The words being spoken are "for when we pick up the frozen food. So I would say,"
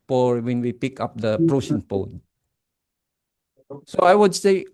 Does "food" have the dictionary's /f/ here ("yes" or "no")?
no